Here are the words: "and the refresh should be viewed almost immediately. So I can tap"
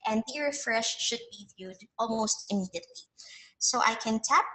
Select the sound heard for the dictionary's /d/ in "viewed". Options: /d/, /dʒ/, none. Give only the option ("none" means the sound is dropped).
/d/